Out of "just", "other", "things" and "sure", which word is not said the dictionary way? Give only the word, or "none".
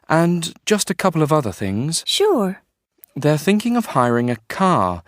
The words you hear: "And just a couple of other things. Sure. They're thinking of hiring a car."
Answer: none